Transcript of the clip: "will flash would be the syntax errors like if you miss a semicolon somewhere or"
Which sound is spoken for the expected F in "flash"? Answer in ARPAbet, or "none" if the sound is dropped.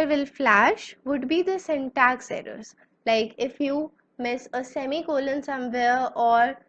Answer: F